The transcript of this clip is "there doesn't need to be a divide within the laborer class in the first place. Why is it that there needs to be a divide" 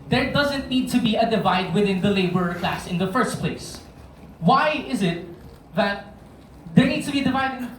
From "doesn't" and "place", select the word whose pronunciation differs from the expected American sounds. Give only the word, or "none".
none